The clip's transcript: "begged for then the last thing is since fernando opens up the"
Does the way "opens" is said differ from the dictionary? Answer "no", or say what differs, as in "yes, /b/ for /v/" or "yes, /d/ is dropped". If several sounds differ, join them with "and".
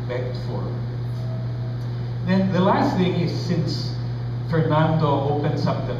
yes, /s/ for /z/